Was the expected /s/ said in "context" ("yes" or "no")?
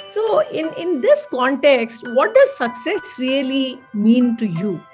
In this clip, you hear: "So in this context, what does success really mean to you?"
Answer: yes